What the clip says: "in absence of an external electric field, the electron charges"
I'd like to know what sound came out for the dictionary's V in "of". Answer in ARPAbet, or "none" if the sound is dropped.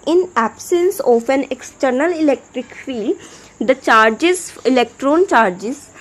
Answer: P